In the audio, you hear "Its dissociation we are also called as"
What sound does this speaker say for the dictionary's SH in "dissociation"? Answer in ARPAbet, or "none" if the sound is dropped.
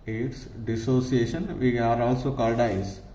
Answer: SH